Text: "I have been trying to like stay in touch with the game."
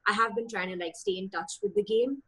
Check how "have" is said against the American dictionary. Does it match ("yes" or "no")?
yes